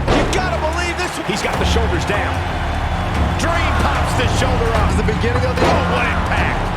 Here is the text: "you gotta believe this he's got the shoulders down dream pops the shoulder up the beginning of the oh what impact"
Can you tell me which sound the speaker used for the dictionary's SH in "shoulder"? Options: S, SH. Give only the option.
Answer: SH